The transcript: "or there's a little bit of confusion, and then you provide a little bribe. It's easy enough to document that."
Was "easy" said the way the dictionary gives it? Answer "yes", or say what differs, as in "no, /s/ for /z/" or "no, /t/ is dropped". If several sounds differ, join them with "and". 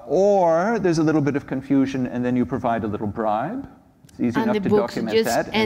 yes